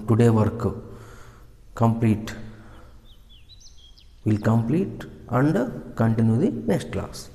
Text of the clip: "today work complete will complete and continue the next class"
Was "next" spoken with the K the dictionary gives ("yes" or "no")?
no